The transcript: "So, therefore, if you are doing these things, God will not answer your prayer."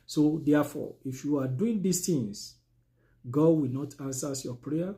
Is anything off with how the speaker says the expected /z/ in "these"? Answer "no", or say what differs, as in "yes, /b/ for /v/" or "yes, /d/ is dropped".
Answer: yes, /s/ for /z/